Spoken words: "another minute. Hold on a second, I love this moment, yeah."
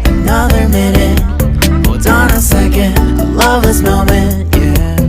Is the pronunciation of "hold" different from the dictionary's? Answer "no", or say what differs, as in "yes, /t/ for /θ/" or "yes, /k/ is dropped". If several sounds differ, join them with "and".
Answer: yes, /l/ is dropped